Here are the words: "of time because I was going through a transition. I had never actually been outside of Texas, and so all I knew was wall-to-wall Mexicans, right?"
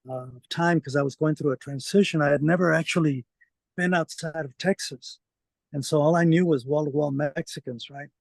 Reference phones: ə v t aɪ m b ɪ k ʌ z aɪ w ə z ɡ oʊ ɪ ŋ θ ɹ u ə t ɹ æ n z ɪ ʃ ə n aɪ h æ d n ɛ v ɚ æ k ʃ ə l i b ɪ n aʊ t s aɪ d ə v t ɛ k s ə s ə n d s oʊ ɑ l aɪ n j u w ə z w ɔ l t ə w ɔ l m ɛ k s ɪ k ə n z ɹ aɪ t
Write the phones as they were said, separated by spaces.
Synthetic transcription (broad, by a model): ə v t aɪ m k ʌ z aɪ w ə z ɡ oʊ ɪ ŋ θ ɹ u ə t ɹ æ n z ɪ ʃ ə n aɪ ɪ d n ɛ v ɚ æ k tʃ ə l i b ɪ n aʊ t s aɪ d ə v t ɛ k s ə s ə n s oʊ ɑ l aɪ n j u w ə z w ɔ l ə w ɔ l m ɛ k s ɪ k ə n z ɹ aɪ t